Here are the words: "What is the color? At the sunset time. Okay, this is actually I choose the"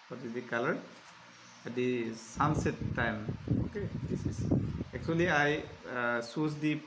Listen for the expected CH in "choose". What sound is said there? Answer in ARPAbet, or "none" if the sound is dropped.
S